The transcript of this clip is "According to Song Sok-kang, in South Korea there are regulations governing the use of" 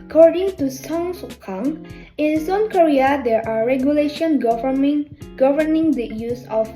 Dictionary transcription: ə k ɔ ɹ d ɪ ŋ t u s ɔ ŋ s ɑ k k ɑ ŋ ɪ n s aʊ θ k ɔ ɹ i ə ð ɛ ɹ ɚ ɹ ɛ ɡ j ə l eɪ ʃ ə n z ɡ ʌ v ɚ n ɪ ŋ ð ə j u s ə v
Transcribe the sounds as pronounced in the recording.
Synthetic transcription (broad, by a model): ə k ɔ ɹ d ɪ ŋ t u s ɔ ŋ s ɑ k k ɑ ŋ ɪ n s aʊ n k ɔ ɹ i ə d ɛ ɹ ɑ ɹ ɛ ɡ j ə l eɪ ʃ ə n ɡ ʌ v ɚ n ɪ ŋ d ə j u s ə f